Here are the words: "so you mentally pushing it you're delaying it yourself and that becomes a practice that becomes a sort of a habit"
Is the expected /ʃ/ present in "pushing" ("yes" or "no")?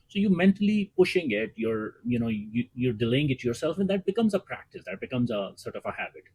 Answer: yes